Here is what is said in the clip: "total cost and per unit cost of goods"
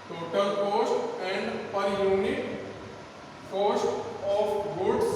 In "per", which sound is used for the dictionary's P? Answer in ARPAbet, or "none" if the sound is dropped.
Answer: P